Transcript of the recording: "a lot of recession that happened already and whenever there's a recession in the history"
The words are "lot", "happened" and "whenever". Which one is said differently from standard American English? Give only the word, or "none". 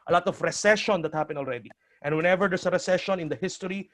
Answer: happened